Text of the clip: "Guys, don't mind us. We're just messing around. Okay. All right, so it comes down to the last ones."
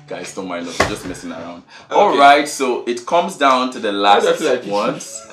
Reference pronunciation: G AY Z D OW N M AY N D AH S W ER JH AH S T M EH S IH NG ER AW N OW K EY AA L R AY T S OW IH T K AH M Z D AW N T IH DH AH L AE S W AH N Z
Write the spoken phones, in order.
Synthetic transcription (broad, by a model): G AY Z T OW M AY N AO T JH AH S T M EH S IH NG ER AW N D AA L R AY T S OW IH T K AH M Z D AW N T IH DH AH L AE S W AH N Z